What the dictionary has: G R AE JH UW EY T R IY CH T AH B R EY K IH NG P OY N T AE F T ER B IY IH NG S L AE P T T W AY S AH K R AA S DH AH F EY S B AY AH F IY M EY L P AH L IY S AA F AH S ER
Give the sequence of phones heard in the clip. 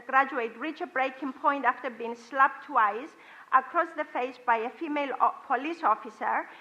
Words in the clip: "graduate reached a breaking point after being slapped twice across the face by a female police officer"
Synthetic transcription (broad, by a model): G R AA JH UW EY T R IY CH AH B R EY K IH NG P OY N T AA F T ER B IY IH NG S L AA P T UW AY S AH K R AA S DH AH F EY S B AY AH F IY M EY L P AH L IY S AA F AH S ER